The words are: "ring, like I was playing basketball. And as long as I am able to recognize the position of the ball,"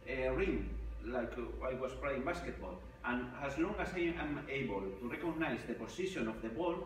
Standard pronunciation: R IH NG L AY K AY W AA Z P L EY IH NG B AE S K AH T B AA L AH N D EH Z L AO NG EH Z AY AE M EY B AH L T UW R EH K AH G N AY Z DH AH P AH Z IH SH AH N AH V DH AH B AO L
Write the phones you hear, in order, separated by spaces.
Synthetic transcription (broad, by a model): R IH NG L AY K AY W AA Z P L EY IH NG B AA S K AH T B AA L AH N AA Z L AO NG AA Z AY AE M EY B AH L T UW R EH K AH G N AY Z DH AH P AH S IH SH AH N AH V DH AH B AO L